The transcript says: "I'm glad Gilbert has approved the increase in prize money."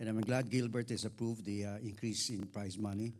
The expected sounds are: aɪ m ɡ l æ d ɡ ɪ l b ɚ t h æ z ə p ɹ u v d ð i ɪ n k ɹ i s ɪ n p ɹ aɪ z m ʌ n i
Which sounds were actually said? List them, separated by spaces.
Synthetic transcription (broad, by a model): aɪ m ɡ l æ d ɡ ɪ l b ɚ t h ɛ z ə p ɹ u v d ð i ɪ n k ɹ i s ɪ n p ɹ aɪ s m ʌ n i